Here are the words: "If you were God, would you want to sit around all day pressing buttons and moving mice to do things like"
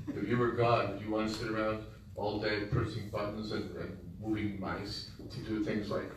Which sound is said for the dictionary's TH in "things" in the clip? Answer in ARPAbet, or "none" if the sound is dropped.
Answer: TH